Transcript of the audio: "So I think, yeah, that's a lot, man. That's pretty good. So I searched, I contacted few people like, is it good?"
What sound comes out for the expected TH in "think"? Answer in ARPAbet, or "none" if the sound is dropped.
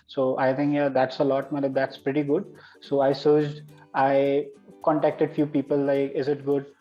T